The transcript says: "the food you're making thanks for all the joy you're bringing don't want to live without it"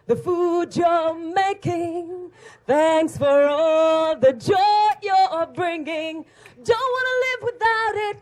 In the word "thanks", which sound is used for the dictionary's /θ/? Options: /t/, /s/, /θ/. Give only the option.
/θ/